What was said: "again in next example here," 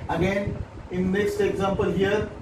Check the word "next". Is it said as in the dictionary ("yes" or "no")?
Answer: no